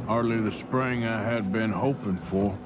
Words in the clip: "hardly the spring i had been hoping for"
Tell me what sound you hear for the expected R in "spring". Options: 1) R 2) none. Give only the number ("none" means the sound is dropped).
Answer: 1